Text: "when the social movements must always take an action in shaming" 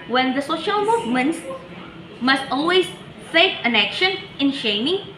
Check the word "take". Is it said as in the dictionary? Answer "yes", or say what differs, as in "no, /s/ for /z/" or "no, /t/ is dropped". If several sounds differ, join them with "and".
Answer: no, /s/ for /t/